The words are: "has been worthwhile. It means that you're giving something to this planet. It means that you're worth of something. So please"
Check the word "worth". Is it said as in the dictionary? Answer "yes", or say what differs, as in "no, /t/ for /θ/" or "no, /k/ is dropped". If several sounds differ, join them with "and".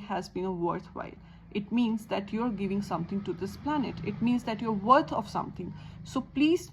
no, /t/ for /θ/